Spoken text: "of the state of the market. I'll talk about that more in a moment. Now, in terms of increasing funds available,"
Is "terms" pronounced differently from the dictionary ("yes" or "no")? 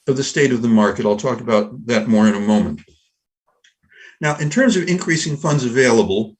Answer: no